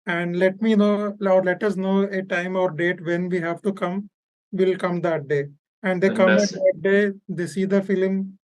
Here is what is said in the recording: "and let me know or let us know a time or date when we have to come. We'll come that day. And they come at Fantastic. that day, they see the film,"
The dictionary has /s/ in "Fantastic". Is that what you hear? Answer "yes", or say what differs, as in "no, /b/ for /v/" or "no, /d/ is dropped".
no, /s/ is dropped